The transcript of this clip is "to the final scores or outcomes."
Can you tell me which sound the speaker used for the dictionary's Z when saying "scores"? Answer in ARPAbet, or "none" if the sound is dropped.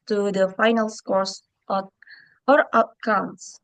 S